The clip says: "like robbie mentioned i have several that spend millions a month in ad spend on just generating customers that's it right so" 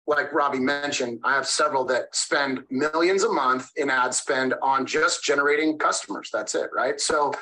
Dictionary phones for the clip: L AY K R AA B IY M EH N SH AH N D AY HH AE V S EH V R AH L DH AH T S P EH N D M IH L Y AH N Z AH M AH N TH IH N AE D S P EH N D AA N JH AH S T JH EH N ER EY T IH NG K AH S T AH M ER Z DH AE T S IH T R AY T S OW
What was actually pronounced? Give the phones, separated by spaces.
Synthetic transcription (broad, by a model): L AY K R AA B IY M EH N SH AH N D AY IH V S EH V R L DH AH T S P EH N D M IH L Y AH N Z AH M AH N TH IH N AE D S P EH N D N JH AH S T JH EH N ER EY T IH NG K AH S T AH M ER Z DH AE T S IH T R AY T S OW